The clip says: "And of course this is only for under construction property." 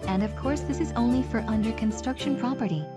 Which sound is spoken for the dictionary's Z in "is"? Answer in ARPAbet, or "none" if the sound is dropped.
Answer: Z